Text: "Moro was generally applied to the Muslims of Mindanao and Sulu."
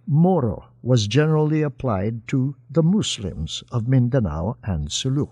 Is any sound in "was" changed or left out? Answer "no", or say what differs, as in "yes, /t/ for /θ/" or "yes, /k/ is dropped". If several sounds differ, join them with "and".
no